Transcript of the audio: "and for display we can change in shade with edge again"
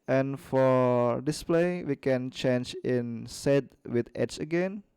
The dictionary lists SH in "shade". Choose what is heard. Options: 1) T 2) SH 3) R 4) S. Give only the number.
4